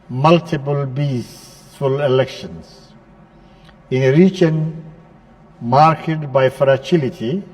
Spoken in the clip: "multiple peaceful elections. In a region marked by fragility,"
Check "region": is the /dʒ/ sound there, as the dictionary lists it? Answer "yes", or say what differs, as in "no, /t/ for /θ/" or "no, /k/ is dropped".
no, /tʃ/ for /dʒ/